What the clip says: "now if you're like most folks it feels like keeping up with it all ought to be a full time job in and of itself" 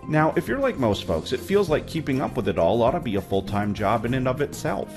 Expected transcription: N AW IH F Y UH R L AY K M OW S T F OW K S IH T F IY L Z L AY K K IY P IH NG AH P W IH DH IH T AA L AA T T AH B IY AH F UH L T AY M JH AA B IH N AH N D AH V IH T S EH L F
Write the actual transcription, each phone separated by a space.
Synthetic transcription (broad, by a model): N AW IH F Y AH R L AY K M OW S T F OW K S IH T F IY L Z L AY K K IY P IH NG AH P W IH DH IH T AA L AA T T AH B IY AH F UH L T AY M JH AA B IH N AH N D AH V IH T S EH L F